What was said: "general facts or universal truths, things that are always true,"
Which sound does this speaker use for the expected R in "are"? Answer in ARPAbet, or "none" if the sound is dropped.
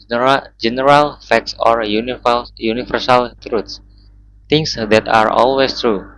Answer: R